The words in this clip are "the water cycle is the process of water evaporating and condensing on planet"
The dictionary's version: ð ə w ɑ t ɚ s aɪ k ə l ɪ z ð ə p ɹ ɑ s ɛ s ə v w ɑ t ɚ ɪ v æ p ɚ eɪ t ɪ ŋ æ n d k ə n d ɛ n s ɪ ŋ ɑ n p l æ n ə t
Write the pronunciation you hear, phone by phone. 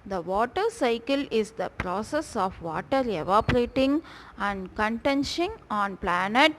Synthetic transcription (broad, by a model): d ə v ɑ t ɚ s aɪ k ə l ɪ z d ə p ɹ ɑ s ɛ s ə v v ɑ t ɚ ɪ v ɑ p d eɪ t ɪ ŋ æ n d k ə n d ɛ n ʃ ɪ ŋ ɑ n p l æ n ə t